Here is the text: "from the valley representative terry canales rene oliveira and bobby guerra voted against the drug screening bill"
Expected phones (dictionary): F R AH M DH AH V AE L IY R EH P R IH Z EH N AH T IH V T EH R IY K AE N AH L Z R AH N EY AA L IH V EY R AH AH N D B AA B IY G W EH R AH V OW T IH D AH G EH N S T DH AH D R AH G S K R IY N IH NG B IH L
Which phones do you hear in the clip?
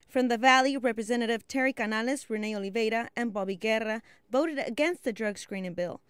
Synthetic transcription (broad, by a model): F R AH M DH AH V AE L IY R EH P R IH Z EH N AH T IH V T EH R IY K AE N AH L S R AH N EY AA L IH V EY R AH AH N B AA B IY G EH R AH V OW T IH D AH G EH N S T DH AH D R AH G S K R IY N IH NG B IH L